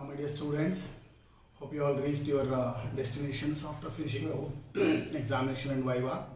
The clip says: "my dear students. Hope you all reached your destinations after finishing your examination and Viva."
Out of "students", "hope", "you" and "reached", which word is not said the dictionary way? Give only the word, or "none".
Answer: reached